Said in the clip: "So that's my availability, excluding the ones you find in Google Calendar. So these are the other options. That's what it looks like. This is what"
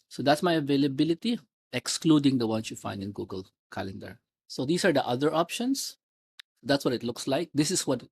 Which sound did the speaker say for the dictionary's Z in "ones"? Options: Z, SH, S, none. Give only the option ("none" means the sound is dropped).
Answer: S